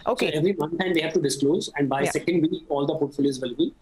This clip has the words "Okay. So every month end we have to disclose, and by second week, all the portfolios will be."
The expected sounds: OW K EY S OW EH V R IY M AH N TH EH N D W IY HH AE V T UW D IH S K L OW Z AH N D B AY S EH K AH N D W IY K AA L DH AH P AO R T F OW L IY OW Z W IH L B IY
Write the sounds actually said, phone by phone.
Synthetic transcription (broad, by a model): OW S OW EH V R IY M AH N T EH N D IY HH AE V T UW D IH S K L OW Z AH N D B AY S EH K AH N D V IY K AA L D AH F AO T F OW L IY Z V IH L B IY